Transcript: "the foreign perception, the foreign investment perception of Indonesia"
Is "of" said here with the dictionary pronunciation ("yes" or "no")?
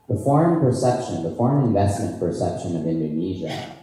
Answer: yes